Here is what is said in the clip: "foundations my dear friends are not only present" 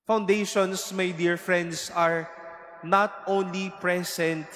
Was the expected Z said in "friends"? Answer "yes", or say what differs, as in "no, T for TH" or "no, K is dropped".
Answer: no, S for Z